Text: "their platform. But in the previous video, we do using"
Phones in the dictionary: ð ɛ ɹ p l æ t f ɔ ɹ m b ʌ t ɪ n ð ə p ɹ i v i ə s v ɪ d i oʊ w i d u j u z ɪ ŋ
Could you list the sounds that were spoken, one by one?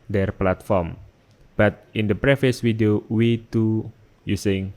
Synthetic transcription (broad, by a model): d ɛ ɹ p l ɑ t f ɔ ɹ m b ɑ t ɪ n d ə p ɹ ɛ f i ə s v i d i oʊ w i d u j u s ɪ ŋ